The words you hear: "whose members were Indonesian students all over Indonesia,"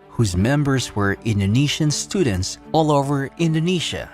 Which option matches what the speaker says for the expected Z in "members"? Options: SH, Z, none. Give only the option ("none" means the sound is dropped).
Z